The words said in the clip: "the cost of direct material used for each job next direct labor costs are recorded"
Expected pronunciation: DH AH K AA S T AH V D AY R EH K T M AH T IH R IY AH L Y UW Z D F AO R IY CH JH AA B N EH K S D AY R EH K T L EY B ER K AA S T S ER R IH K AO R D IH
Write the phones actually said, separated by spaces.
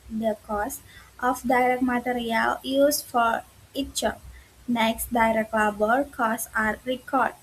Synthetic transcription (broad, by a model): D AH K AA S T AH F D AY R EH K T M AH T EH R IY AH L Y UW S F AO R IY CH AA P N EH K S D AY R EH K T L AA B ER K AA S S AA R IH K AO R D